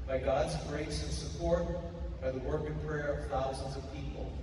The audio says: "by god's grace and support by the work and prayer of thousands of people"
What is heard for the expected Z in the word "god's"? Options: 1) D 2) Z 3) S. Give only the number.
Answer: 2